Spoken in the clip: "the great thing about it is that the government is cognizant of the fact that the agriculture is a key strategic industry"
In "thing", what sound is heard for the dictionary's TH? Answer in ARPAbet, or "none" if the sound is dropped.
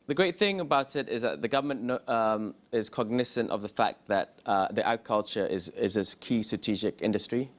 TH